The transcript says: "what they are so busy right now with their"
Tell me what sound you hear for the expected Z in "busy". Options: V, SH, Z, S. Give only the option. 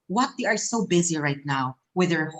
Z